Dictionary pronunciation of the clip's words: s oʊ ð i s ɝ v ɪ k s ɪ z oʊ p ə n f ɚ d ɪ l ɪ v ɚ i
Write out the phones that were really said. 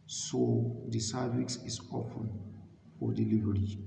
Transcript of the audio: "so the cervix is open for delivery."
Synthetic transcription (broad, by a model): s oʊ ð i s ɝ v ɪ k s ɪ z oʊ f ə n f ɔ d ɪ l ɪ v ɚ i